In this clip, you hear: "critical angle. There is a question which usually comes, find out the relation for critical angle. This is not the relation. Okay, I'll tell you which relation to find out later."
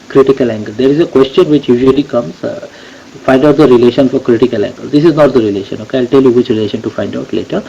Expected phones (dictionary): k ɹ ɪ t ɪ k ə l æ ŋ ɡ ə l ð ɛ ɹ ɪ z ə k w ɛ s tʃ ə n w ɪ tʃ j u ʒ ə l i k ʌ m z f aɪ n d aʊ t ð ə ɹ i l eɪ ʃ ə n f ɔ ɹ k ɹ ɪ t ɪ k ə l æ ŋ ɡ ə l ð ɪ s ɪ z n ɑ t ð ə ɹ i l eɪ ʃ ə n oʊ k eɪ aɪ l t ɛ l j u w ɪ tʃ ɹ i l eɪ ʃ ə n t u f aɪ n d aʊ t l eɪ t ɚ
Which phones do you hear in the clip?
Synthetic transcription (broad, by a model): k ɹ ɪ t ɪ k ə l æ ŋ ɡ ə l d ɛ ɹ ɪ z ə k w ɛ s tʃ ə n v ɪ tʃ j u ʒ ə l i k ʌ m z f aɪ n d aʊ t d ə ɹ i l eɪ ʃ ə n f ɔ ɹ k ɹ ɪ t ɪ k ə l æ ŋ ɡ ə l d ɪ s ɪ z n ɑ t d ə ɹ i l eɪ ʃ ə n oʊ k eɪ aɪ l t ɛ l j u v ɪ tʃ ɹ i l eɪ ʃ ə n t u f aɪ n d aʊ t l eɪ t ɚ